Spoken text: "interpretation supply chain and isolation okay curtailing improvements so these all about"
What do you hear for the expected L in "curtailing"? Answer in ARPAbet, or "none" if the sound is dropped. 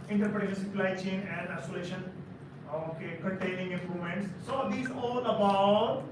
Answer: N